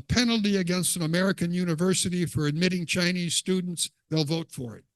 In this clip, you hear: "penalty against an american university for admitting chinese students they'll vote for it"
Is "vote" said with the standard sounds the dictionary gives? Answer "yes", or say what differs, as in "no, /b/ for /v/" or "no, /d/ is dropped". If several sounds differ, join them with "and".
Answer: yes